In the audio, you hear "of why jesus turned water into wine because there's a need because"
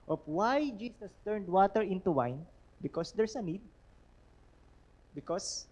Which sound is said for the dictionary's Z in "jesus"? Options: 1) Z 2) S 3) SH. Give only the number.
2